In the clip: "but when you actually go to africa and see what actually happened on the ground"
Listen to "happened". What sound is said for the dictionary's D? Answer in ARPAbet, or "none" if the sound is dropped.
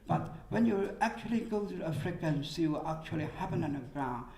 none